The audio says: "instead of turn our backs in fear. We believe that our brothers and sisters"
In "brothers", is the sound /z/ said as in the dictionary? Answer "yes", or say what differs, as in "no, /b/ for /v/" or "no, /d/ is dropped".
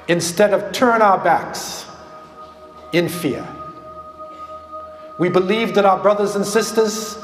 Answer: yes